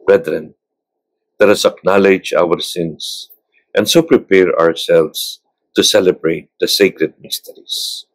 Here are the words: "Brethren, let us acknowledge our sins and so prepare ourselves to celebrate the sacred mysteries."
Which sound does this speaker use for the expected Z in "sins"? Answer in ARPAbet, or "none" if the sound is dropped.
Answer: S